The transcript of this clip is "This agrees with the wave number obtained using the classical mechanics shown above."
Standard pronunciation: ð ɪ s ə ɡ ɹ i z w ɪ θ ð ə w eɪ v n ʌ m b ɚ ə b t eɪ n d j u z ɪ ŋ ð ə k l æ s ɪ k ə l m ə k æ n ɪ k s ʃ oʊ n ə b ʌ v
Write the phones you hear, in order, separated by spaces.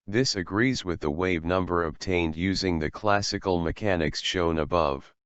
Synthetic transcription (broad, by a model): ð ɪ s ə ɡ ɹ i z w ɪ ð ə w eɪ v n ʌ m b ɚ ə b t eɪ n d j u z ɪ ŋ ð ə k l æ s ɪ k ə l m ə k æ n ɪ k s ʃ oʊ n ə b ʌ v